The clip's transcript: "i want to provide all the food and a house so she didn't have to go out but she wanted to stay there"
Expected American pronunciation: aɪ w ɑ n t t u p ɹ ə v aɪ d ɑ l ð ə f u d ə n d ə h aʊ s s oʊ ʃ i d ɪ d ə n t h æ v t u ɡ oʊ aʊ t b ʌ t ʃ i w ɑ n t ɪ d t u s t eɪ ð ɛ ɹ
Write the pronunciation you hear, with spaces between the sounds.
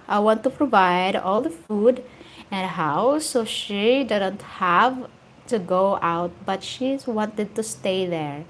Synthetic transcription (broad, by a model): aɪ w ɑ n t t u p ɹ ə v aɪ d ɑ l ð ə f u d ə n d ə h aʊ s s oʊ ʃ i d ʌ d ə n t h æ v t u ɡ oʊ aʊ t b ʌ t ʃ i w ɑ n t ɪ d t u s t eɪ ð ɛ ɹ